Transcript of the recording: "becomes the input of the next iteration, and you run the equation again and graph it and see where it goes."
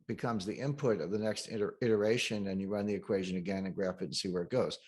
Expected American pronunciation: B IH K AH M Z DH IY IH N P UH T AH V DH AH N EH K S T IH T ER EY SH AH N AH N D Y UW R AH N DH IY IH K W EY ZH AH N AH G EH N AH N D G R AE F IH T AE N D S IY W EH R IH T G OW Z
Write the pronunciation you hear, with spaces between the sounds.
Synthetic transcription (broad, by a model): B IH K AH M Z DH IY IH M P UH T AH V DH AH N EH K S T IH T ER EY SH AH N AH N Y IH R AH N DH IY IH K W EY ZH AH N AH G EH N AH N G R AE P IH T N S IY W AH R IH T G OW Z